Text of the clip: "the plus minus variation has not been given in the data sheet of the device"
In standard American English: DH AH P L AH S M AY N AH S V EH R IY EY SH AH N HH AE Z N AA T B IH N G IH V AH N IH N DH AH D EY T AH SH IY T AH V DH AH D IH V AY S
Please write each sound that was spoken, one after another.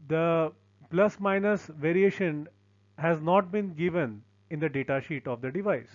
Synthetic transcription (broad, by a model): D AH P L AH S M AY N AH S V EH R IY EY SH AH N HH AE Z N AA T B IH N G IH V AH N IH N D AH D EY T AH SH IY T AH V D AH D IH V AY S